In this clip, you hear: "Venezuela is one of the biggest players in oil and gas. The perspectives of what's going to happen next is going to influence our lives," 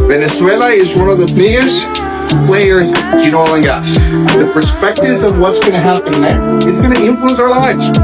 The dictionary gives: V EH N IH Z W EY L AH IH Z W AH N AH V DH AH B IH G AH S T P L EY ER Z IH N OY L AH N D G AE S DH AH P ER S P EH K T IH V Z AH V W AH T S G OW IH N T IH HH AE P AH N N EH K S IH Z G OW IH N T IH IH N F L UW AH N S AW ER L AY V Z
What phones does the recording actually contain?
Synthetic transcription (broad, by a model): V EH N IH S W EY L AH IH Z W AH N AH V DH AH B IH G AH S T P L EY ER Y IH N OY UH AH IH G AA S DH AH P ER S P EH K T IH V Z AH V W AH T S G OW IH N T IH HH AE P AH N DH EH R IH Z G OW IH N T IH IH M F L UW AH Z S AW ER L AY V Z